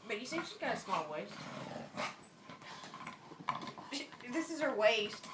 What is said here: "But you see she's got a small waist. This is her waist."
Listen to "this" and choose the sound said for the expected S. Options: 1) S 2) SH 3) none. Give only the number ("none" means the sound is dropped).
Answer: 1